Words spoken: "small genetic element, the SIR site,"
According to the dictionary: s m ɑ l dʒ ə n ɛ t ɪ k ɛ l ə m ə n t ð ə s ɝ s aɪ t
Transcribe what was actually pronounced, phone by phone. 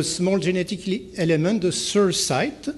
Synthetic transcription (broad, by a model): s m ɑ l ʒ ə n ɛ t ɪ k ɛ l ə m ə t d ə s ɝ s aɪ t